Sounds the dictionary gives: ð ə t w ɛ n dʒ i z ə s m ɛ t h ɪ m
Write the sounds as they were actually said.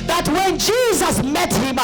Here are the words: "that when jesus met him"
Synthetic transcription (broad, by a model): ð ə t w ɛ n dʒ i z ə s m ɛ t h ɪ m